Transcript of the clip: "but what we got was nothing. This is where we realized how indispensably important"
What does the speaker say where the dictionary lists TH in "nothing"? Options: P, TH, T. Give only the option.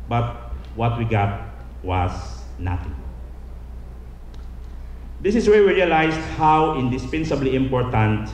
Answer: T